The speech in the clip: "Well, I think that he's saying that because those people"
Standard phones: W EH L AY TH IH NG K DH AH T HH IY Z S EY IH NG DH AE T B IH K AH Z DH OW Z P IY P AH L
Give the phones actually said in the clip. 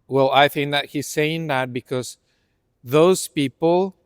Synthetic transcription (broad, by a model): W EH L AY TH IH NG K DH AH T HH IY Z S EY IH NG DH AE T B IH K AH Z DH OW Z P IY P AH L